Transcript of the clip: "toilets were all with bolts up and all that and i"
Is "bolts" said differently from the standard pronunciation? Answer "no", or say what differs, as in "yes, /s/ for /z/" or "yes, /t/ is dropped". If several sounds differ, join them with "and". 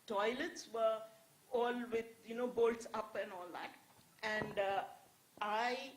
no